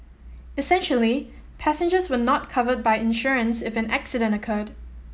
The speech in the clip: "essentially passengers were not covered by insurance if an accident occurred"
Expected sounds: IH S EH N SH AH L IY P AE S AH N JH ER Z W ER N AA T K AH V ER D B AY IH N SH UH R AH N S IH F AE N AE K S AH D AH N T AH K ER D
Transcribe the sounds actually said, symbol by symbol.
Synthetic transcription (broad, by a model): IH S EH N SH AH L IY P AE S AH N JH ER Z W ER N AA T K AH V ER D B AY IH N SH UH R AH N S IH F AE N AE K S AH D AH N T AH K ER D